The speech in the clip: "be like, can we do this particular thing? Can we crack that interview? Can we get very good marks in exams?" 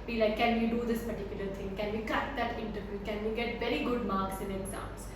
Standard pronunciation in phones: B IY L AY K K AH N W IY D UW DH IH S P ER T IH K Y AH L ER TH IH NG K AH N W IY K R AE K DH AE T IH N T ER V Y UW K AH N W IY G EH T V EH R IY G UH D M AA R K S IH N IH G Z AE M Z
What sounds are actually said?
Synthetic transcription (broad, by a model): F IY L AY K K AH N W IY D UW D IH S P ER T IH K Y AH L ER T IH NG K AH N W IY K AH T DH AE T IH N T ER V Y UW K AH N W IY G EH T V EH R IY G UH D M AA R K S IH N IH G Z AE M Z